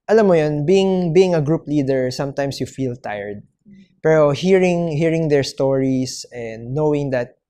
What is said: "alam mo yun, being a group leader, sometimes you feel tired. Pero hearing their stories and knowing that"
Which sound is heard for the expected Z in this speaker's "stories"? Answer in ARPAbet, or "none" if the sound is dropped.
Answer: S